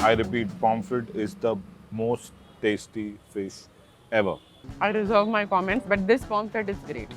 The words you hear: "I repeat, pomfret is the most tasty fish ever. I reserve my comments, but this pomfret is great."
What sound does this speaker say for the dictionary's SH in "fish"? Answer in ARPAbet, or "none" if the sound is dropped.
S